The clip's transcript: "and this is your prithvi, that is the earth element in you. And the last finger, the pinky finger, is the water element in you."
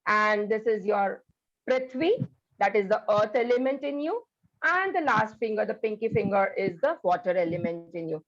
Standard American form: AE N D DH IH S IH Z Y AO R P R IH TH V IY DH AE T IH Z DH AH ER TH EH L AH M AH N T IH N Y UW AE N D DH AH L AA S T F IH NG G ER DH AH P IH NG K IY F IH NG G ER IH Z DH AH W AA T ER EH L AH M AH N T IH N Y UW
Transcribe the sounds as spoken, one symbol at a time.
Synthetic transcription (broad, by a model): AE N D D IH S IH Z Y AO R P R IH T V IY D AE T IH Z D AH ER T EH L AH M AH N T IH N Y UW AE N D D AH L AA S T F IH NG G ER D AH P IH NG K IY F IH NG G ER IH Z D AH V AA T ER EH L AH M AH N T IH N Y UW